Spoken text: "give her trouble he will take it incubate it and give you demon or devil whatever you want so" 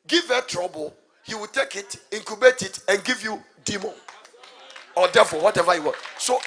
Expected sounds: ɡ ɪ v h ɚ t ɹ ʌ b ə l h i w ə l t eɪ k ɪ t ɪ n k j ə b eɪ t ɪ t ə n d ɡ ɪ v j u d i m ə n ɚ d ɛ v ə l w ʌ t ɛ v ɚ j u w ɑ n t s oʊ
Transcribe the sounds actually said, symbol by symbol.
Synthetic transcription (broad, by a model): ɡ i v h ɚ t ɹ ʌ b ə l h i w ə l t eɪ k ɪ t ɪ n k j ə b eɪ t ɪ t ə n ɡ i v j u d i m ə n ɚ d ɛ f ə w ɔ t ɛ v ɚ j u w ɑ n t s oʊ